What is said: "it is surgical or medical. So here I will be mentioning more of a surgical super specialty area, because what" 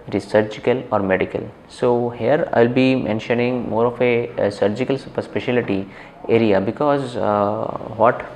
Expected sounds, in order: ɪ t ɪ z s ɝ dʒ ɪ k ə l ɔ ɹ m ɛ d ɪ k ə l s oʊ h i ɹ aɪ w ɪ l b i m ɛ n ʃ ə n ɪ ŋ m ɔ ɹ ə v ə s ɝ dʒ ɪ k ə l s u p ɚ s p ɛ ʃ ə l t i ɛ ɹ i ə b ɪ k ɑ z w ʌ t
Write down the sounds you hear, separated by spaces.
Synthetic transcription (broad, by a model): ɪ t ɪ z s ɝ dʒ ɪ k ə l ɔ ɹ m ɛ d ɪ k ə l s oʊ h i ɹ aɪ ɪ l b i m ɛ n ʃ ə n ɪ ŋ m ɔ ɹ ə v ə s ɝ dʒ ɪ k ə l s u p ɚ s p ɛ ʃ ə l t i ɛ ɹ i ə b ɪ k ɑ z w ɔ t